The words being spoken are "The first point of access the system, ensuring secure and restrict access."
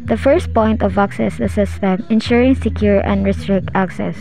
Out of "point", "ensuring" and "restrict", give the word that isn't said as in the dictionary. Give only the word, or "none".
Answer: none